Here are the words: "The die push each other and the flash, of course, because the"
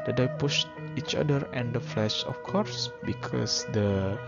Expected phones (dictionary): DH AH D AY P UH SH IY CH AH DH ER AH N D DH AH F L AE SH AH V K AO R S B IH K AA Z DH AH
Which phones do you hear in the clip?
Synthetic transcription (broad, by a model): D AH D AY P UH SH IY CH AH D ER AH N D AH F L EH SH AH F K AO R S B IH K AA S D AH